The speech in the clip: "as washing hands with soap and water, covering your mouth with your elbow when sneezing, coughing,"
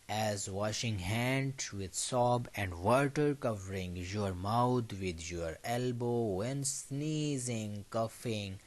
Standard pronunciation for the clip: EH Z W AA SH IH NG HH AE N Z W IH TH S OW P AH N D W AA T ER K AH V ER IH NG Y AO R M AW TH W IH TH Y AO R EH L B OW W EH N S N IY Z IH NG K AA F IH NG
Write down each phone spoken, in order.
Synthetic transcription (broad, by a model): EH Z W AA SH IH NG HH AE N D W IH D S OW B AH N D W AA T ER K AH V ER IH NG Y AO R M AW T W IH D Y AO R EH L B OW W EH N S N IY Z IH NG K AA F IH NG